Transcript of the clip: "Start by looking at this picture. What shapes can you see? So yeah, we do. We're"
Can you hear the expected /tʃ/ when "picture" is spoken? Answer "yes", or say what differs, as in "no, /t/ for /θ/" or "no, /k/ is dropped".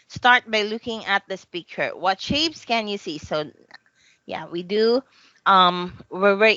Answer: no, /tʃ/ is dropped